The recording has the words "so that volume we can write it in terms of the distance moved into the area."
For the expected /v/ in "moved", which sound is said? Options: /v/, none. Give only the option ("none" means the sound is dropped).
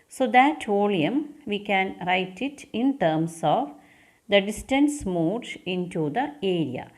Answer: none